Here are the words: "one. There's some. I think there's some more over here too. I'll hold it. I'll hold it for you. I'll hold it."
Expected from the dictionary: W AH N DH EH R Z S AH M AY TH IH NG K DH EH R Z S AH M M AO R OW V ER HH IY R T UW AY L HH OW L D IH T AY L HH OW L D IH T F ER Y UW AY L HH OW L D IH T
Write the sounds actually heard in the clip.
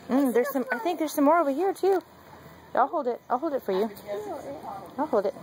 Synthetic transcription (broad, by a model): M DH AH R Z S AH M AY TH IH NG K DH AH R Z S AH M M AO R OW V ER HH IY R T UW AY L HH OW L D IH T AY L HH OW L D IH T F ER Y UW AY L HH OW L D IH T